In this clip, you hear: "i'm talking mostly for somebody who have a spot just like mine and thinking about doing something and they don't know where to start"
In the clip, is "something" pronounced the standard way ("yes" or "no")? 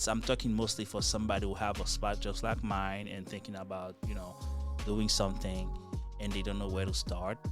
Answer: yes